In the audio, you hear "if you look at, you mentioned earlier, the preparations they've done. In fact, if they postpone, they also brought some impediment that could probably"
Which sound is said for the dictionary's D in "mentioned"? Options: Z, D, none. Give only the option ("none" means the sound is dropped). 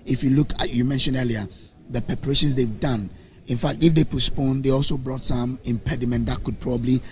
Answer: none